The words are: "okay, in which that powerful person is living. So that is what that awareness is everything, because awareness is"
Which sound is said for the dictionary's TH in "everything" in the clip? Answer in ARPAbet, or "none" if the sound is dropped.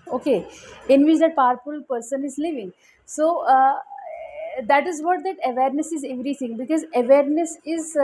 T